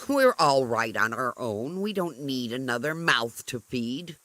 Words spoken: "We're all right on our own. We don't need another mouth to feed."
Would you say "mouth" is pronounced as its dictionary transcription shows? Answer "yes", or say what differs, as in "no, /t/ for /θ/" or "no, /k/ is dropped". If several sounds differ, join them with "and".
yes